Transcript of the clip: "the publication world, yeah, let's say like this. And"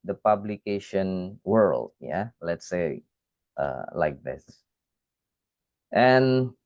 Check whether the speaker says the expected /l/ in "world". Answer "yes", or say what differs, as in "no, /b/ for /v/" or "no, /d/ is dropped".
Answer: yes